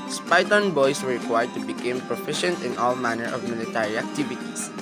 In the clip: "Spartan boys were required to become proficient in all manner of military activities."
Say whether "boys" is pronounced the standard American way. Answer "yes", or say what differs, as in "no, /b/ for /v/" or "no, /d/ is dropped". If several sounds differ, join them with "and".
no, /s/ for /z/